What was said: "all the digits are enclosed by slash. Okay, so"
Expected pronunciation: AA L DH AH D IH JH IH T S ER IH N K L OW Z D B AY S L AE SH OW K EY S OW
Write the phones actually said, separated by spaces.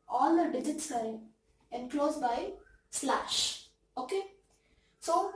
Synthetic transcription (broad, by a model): AA L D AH D IH JH IH T S ER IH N K L OW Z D B AY S L AE SH OW K EY S OW